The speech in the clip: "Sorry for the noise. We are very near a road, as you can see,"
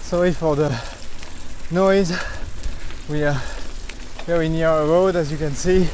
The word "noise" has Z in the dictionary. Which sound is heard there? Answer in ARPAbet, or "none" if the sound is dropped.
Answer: Z